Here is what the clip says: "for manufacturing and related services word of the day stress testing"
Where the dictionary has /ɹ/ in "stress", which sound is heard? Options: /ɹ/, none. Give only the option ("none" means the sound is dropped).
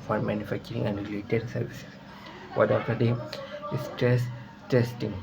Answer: none